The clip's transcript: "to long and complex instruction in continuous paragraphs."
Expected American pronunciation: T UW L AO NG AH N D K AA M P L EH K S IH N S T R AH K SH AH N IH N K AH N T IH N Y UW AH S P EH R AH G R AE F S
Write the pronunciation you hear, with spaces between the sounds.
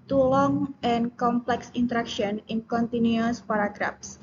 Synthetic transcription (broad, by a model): T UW L AO NG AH N K AA M P L EH K S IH N T R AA K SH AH N IH N K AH N T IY N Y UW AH S P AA R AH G R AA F S